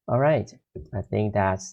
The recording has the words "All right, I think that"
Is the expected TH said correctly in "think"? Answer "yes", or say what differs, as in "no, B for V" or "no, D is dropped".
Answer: yes